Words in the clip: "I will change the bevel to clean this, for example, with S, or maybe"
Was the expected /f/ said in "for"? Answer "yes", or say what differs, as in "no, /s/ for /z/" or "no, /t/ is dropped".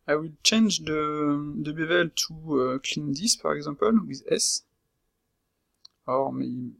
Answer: no, /p/ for /f/